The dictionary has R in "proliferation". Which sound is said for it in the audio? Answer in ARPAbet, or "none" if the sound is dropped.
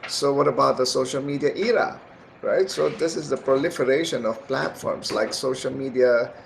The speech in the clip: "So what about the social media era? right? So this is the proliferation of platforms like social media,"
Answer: R